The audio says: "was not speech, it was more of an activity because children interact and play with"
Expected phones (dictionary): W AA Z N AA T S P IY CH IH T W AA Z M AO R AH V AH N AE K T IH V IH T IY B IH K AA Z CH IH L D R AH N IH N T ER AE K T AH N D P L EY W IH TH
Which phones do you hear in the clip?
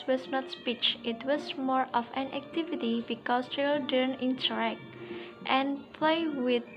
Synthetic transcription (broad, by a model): W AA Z N AA T S P IY CH IH T W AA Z M AO R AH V AH N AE K T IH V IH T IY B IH K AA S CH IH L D AH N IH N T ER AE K T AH N P L EY W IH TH